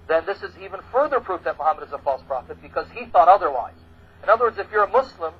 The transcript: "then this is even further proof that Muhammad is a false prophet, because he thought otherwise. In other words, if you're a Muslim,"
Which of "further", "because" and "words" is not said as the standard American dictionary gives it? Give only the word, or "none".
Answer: none